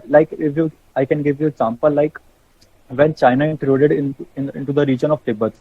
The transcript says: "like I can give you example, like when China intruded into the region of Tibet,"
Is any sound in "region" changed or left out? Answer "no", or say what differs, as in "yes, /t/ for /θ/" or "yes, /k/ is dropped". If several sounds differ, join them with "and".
no